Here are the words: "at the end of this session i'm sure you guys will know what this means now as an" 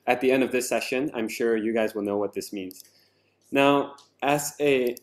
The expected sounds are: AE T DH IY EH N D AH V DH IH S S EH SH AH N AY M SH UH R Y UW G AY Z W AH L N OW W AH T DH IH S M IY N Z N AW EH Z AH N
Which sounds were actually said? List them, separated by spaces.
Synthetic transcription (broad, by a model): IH T DH IY EH N D AH V DH IH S S EH SH AH N AY M SH UH R Y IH G AY Z W AH L N OW W AH T DH IH S M IY N Z N AW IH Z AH